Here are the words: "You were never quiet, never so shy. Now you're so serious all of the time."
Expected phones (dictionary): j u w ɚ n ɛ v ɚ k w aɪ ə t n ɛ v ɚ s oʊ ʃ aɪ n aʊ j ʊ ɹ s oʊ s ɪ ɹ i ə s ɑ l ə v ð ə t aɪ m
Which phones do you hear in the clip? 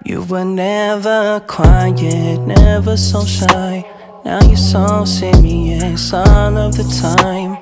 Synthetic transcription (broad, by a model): j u w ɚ n ɛ v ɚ k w aɪ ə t n ɛ v ɚ s oʊ ʃ aɪ n aʊ j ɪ s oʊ s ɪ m i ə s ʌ n ə v ð ə t aɪ m